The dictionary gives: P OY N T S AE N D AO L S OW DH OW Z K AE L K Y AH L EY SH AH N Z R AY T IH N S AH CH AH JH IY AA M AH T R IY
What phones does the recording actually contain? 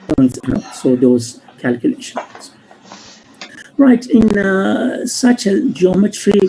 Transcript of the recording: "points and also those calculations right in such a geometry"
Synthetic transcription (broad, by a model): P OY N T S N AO S OW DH OW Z K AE L K Y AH L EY SH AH N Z R AY T IH N S AH CH AH JH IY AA M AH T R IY